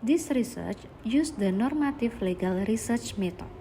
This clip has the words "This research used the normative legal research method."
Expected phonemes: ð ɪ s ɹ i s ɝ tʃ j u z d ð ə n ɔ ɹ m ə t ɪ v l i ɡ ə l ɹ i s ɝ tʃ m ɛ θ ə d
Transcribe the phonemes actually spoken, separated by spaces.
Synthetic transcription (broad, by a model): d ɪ s ɹ i s ɝ tʃ j u s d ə n ɔ ɹ m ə t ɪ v l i ɡ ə l ɹ i s ɝ tʃ m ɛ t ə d